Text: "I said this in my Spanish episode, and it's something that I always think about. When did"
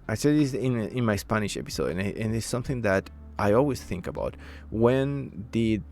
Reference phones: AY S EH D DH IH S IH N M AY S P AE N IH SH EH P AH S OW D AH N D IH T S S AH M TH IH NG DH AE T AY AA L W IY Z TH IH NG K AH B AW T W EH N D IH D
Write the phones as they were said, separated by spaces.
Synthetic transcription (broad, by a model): AY S EH D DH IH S IH N M AY S P AE N IH SH EH P AH S OW D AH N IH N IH S AH M TH IH NG DH AE T AY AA L W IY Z TH IH NG K AH B AW T W EH N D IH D